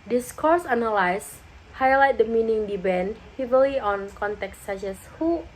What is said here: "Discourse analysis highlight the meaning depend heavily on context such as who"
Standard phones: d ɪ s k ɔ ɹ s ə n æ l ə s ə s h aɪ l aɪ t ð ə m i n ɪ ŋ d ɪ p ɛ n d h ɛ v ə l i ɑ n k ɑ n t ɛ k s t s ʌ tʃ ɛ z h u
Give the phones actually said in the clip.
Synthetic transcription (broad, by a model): d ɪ s k ɔ ɹ s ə n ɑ l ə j s h aɪ l aɪ t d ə m i n ɪ ŋ d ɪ b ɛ n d h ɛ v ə l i ɑ n k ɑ n t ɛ k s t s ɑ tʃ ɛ s h u